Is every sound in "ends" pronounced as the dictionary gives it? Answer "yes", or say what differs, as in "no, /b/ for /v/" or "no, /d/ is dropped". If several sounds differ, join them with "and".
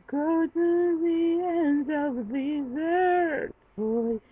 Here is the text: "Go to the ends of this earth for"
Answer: no, /z/ is dropped